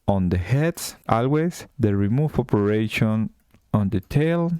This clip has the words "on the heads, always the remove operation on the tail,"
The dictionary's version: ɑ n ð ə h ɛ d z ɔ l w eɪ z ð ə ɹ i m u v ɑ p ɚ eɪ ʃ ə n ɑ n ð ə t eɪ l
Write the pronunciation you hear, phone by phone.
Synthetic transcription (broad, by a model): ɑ n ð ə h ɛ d s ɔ l w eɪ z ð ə ɹ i m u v ɑ p ɚ eɪ ʃ ə n ɑ n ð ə t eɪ l